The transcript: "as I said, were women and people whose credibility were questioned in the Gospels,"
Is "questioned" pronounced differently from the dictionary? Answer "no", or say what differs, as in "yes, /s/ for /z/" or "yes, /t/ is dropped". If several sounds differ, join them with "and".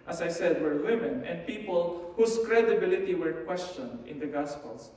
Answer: no